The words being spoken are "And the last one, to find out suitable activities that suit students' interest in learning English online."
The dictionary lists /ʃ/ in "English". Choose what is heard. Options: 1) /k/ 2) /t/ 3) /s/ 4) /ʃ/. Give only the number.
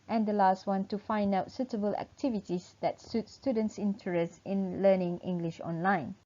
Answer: 4